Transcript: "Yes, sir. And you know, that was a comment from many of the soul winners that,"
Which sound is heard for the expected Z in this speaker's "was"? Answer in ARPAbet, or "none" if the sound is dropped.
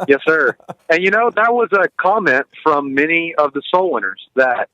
Z